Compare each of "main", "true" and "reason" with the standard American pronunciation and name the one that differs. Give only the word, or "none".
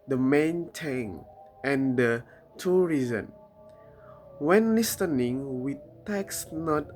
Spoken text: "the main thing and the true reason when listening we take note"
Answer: true